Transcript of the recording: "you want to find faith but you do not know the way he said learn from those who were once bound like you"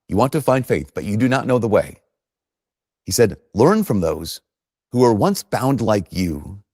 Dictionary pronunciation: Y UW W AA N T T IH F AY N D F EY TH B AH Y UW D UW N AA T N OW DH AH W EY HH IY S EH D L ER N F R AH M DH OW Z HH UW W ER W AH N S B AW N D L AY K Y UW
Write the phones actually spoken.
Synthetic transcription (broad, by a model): Y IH W AA N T T IH F AY N D F EY TH B AH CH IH D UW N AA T N OW DH AH W EY HH IY S EH D L ER N F R AH M DH OW Z HH UW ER W AH N S B AW N D L AY K Y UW